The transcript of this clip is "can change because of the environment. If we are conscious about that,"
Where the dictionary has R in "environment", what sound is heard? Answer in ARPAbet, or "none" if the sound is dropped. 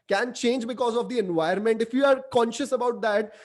none